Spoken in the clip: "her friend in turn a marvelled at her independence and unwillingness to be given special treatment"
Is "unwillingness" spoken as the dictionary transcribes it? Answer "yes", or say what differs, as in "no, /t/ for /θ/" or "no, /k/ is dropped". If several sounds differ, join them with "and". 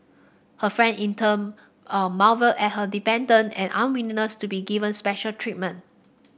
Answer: no, /n/ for /l/ and /ŋ/ is dropped